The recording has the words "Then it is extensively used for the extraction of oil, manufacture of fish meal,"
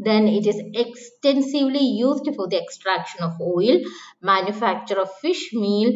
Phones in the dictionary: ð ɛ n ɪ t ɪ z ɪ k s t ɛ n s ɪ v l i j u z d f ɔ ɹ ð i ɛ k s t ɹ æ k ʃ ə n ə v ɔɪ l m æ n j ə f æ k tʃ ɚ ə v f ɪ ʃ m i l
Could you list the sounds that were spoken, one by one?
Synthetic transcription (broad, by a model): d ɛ n ɪ t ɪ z ɪ k s t ɛ n s ɪ v l i j u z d f ɔ ɹ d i ɛ k s t ɹ æ k ʃ ə n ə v ɔɪ l m æ n j ə f æ k tʃ ɚ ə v f ɪ ʃ m i l